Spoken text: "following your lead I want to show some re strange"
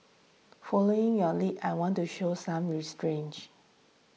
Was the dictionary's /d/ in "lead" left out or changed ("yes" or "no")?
yes